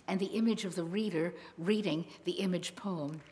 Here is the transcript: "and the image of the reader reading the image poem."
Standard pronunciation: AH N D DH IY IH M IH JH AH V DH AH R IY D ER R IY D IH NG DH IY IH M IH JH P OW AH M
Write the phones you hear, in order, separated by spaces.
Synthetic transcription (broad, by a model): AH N DH IY IH M IH JH AH V DH AH R IY D ER R IY D IH NG DH IY IH M IH JH P OW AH M